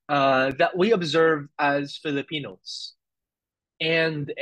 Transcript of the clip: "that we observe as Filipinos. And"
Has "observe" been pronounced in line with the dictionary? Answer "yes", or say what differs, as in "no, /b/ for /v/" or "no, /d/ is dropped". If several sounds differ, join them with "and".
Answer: yes